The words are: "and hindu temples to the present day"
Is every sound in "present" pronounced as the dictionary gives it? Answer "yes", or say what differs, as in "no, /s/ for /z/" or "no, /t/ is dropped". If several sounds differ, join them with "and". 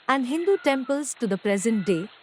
yes